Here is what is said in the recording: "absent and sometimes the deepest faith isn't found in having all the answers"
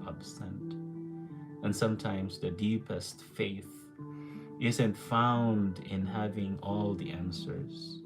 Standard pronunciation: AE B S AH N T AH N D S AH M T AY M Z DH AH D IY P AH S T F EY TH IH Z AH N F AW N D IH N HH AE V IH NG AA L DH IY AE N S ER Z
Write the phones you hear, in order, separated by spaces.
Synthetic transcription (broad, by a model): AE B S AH N T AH N S AH M T AY M Z DH AH D IY P AH S T F EY TH IH Z AH N F AW N D IH N HH AE V IH NG AA L DH IY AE N S ER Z